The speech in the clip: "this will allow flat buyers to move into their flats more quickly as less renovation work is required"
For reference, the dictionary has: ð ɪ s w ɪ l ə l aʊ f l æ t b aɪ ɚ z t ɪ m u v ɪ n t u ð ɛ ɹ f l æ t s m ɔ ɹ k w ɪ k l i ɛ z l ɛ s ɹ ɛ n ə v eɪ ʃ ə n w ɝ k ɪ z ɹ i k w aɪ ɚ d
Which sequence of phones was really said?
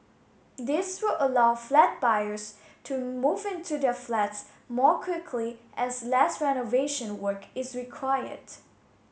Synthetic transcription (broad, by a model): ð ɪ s w ɪ l ə l aʊ f l æ t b aɪ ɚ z t ɪ m u v ɪ n t u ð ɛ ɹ f l æ t s m ɔ ɹ k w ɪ k l i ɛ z l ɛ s ɹ ɛ n ə v eɪ ʃ ə n w ɝ k ɪ z ɹ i k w aɪ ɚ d